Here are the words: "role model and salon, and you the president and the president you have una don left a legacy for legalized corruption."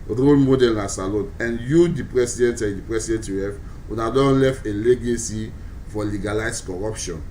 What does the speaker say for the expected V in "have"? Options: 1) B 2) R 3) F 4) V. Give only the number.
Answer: 3